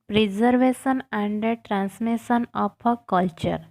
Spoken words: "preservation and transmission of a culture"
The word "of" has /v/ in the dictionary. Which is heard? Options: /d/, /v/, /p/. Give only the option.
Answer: /p/